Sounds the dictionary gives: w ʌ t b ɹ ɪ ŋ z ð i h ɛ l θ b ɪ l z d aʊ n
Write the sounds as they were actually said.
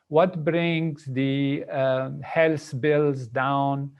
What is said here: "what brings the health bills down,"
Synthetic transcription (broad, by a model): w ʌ t b ɹ ɪ ŋ z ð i h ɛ l s b ɪ l z d aʊ n